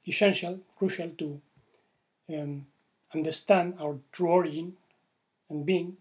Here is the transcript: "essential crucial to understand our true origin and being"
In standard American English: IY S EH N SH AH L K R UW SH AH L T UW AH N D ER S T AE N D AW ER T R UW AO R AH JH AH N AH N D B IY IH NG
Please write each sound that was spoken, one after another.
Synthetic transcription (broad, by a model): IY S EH N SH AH L K R UW SH AH L T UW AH N D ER S T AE N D AW ER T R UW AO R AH AH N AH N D B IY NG